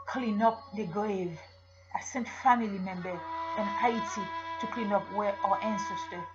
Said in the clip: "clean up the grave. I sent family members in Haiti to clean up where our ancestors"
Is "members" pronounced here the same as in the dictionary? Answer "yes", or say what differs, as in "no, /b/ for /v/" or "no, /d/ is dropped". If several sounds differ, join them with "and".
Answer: no, /z/ is dropped